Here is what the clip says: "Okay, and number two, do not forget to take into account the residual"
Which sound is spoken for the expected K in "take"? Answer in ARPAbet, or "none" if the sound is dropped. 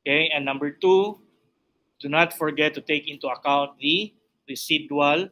K